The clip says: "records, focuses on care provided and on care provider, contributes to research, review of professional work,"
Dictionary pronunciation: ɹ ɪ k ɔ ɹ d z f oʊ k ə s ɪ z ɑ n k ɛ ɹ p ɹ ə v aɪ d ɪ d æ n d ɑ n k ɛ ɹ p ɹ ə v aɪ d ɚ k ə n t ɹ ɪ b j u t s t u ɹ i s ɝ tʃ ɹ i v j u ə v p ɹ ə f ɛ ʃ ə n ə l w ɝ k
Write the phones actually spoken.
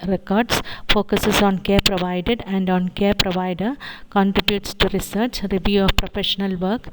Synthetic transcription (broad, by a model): ɹ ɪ k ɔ ɹ d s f oʊ k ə s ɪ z ɑ n k ɛ ɹ p ɹ ə v aɪ d ɪ d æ n d ɑ n k ɛ ɹ p ɹ ə v aɪ d ɚ k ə n t ɹ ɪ b j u t s t u ɹ i s ɝ tʃ ɹ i v j u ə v p ɹ ə f ɛ ʃ ə n ə l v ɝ k